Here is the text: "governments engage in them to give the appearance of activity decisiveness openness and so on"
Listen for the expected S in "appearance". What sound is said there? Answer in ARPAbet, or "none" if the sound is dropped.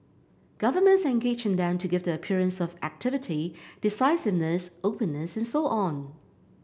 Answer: S